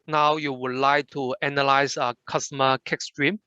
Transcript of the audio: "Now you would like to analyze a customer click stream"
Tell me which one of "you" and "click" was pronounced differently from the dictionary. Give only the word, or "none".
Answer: click